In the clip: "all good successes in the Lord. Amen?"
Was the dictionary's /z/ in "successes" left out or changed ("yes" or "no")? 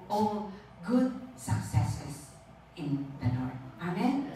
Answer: yes